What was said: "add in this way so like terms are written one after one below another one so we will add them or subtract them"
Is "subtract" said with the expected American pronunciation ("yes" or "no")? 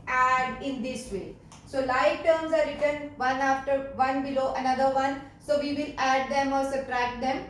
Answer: no